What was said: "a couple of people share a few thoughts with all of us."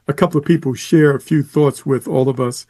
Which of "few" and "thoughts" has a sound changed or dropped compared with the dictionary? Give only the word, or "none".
none